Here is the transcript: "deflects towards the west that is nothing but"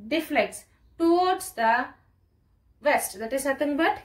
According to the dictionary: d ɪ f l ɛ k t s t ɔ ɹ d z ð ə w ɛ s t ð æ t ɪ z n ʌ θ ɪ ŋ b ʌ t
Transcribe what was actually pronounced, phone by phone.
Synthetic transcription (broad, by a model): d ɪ f l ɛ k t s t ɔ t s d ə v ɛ s t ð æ t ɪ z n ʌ t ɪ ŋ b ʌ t